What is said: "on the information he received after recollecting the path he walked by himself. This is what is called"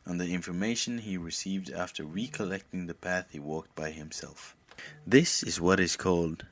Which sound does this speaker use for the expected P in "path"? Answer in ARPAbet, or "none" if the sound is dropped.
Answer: P